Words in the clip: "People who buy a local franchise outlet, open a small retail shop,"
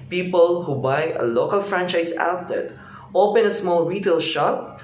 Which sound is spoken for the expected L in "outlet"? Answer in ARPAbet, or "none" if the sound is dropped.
none